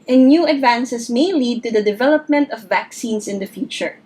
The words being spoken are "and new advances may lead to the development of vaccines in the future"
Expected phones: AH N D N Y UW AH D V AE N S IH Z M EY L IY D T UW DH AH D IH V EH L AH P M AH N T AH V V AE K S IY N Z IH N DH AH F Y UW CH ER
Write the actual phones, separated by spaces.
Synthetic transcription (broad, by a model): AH N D N Y UW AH D V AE N S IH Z M EY L IY D T UW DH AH D IH V EH L AH P M AH N T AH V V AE K S IY N S IH N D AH F Y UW CH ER